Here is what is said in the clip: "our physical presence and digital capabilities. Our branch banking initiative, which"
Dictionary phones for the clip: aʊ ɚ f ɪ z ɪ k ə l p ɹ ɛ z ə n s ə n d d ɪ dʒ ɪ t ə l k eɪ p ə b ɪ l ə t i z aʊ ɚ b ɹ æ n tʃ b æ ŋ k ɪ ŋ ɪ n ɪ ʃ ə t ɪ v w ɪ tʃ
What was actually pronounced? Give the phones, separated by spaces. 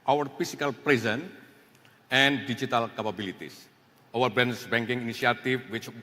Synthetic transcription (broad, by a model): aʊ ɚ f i s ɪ k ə l p ɹ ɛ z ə n ə n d d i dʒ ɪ t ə l k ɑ p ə b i l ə t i s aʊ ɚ b ɛ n s b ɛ ŋ k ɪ ŋ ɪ n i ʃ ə t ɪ f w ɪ tʃ